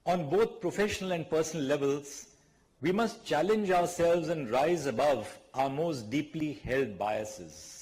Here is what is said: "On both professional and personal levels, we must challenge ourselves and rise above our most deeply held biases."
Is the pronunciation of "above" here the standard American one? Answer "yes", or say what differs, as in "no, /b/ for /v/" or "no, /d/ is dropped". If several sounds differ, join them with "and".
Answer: yes